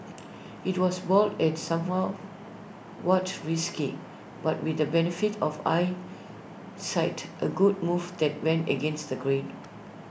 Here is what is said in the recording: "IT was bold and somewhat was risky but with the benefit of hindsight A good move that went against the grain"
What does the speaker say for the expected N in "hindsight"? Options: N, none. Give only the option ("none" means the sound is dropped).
none